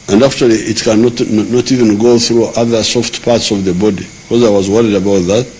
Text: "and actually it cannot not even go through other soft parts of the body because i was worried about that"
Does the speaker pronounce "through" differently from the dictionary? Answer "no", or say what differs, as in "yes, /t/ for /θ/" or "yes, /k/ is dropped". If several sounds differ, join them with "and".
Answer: no